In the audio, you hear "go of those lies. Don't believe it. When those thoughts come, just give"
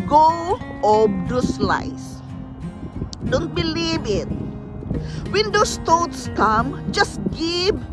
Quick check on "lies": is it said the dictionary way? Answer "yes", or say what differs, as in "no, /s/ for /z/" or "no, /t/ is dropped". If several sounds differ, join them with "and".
no, /s/ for /z/